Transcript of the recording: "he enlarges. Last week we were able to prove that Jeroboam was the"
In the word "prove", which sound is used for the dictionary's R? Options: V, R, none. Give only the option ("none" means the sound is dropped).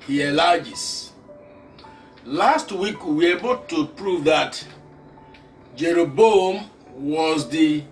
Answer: R